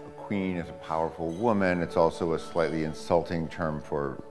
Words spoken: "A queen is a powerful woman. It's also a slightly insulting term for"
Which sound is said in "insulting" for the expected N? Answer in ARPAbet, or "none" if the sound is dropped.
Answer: N